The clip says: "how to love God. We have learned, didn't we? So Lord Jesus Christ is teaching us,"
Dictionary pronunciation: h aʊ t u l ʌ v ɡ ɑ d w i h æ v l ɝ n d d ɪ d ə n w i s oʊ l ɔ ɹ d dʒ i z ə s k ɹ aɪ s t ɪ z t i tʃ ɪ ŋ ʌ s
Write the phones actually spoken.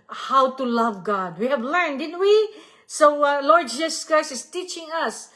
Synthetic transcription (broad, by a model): h aʊ t u l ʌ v ɡ ɑ d w i h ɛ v l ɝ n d d ɪ d ə n w i s oʊ l ɔ ɹ d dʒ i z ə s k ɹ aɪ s ɪ s t i tʃ ɪ ŋ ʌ s